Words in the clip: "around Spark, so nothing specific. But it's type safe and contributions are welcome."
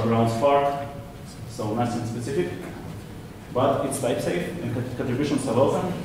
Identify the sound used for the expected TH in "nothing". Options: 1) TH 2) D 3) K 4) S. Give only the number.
4